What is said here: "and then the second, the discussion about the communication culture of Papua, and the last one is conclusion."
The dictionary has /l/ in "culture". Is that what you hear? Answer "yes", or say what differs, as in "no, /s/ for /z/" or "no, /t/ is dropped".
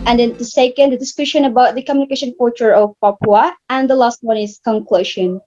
no, /l/ is dropped